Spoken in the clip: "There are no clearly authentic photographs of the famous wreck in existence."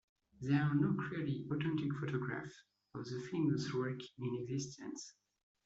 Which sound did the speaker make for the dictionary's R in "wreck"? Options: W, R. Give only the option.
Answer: W